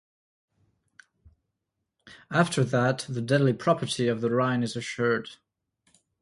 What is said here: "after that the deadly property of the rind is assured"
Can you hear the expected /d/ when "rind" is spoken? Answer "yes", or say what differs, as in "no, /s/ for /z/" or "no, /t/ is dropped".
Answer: no, /d/ is dropped